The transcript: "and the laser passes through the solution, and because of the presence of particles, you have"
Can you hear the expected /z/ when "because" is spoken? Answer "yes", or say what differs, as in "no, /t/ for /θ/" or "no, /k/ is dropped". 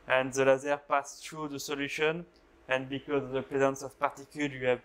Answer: yes